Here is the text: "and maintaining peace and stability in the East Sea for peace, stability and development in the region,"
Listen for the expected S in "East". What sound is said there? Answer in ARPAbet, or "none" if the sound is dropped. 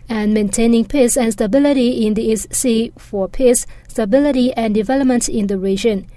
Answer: S